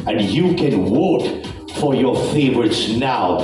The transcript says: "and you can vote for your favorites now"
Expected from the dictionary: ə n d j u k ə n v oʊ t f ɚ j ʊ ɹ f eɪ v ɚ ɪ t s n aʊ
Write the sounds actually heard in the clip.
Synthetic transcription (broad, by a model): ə n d j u k ə n w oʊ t f ɚ j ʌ ɹ f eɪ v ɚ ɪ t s n aʊ